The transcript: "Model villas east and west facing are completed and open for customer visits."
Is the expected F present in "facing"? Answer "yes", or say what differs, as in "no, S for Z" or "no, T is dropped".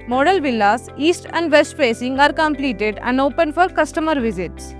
no, P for F